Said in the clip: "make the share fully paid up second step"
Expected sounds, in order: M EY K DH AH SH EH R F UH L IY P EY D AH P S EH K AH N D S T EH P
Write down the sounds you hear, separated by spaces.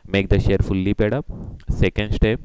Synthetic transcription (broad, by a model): M EY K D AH SH EH R F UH L IY P EY D AH P S EH K AH N D S T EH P